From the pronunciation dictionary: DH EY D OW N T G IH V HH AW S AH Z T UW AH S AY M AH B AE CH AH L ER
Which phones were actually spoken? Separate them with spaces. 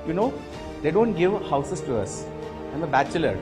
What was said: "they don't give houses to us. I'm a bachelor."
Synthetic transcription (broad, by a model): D EY D OW N T G IH V HH AW S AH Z T UW AH S AY M AH B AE CH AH L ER